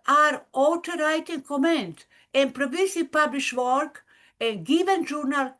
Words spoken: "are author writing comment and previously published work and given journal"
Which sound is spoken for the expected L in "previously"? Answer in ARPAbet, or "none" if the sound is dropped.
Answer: none